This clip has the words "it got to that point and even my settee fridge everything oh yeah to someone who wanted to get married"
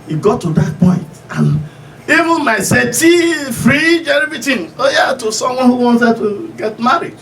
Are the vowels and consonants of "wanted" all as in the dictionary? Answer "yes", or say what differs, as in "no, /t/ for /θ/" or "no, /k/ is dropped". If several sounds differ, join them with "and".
no, /s/ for /t/